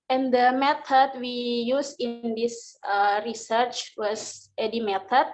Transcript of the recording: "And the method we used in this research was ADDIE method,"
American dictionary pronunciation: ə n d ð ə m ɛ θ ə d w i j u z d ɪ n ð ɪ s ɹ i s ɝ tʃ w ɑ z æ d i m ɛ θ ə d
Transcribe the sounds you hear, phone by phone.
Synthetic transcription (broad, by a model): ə n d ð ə m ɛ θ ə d w i j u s ɪ n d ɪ s ɹ i s ɝ tʃ w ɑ s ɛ d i m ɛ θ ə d